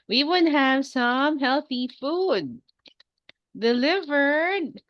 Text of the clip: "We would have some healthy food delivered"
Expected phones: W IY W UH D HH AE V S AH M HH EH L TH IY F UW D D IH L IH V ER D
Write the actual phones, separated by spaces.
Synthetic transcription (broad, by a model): W IY W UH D HH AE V S AH M HH EH L TH IY F UW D D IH L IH V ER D